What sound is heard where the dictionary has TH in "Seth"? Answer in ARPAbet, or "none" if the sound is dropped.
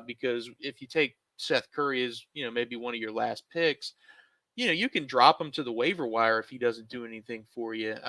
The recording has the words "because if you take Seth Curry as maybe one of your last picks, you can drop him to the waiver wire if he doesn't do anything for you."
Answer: TH